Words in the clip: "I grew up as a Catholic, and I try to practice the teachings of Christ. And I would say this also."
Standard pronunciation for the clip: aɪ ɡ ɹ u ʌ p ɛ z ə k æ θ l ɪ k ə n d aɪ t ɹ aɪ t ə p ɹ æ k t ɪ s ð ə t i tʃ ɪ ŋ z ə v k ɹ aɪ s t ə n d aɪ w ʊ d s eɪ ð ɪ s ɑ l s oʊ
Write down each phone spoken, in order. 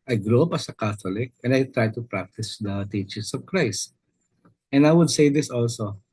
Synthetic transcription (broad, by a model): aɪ ɡ ɹ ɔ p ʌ s ə k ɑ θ l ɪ k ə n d aɪ t ɹ aɪ t ə p ɹ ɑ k t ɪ s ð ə t i tʃ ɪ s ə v k ɹ aɪ s t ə n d aɪ w ʊ d s eɪ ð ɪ s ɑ l s oʊ